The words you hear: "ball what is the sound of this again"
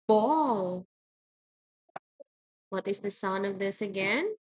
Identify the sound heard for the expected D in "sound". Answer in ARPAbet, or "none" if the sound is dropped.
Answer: none